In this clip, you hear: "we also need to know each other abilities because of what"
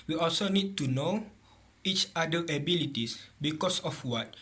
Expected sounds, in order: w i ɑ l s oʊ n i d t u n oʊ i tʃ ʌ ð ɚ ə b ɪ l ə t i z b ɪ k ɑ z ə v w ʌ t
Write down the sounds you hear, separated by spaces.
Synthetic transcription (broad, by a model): w i ɑ l s oʊ n i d t u n oʊ i tʃ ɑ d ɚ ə b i l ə t i s b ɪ k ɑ s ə f w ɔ t